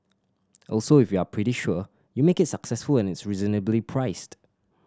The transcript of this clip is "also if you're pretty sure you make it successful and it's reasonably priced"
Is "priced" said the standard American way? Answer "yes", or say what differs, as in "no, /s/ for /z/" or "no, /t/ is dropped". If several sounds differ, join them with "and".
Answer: yes